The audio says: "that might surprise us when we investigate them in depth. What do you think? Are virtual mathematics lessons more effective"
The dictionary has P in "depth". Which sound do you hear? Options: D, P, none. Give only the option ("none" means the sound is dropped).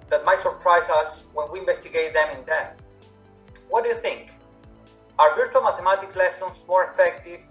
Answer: none